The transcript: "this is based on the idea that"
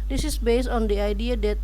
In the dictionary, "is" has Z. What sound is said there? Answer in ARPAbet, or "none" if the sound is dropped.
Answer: S